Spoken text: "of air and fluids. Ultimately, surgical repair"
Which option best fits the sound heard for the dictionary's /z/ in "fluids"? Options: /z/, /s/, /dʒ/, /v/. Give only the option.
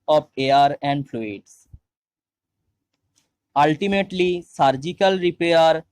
/s/